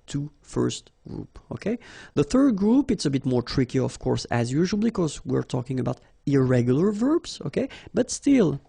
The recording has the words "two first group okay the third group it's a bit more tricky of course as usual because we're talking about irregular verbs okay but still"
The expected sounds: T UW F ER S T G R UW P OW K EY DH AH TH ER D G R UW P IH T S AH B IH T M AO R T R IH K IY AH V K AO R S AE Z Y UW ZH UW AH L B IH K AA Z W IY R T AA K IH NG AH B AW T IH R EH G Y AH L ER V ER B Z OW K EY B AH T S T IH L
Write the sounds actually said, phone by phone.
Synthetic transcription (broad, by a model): T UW F ER S T G R UW P OW K EY DH AH TH ER D G R UW P IH T S AH B IH T M AO R T R IH K IY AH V K AO R S AE Z Y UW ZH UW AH L B IH K AA Z W IY R T AA K IH NG AH B AW T IH R EH G Y AH L ER V ER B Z OW K EY B AH T S T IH L